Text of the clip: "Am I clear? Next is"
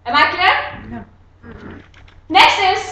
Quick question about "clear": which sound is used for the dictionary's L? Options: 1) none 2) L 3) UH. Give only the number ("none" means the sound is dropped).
1